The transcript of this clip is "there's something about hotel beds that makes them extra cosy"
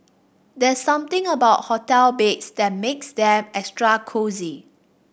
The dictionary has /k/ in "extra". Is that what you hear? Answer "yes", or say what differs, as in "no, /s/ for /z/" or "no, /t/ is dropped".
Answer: yes